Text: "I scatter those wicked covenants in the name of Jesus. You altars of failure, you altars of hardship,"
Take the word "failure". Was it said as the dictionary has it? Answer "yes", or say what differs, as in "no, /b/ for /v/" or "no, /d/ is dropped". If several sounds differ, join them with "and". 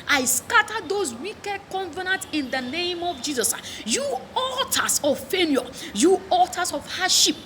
no, /n/ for /l/